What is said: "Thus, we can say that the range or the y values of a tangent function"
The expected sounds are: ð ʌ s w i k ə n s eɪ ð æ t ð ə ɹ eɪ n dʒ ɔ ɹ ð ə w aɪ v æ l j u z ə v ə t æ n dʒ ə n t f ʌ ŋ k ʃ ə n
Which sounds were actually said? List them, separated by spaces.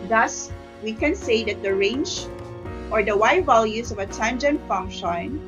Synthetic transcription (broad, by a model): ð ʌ s w i k ə n s eɪ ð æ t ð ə ɹ eɪ n dʒ ɔ ɹ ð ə w aɪ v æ l j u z ə v ə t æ n dʒ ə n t f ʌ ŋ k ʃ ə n